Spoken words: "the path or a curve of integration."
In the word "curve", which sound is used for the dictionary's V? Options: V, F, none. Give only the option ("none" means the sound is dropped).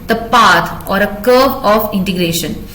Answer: none